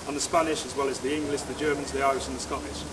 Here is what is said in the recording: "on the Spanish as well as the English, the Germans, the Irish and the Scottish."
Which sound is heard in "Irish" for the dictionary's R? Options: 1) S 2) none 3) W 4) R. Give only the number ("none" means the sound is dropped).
2